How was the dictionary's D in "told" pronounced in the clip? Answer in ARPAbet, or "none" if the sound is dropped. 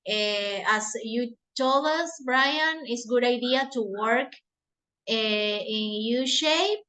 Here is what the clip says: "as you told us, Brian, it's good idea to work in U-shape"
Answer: none